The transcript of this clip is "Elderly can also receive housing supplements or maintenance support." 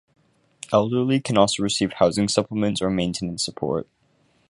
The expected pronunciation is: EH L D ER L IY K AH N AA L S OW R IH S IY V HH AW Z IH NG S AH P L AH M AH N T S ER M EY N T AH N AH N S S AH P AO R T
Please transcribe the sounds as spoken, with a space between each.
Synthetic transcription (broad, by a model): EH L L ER L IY K AH N AA L S OW R IH S IY V HH AW Z IH NG S AH P L AH M AH N T S ER M EY N T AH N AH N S S AH P AO R T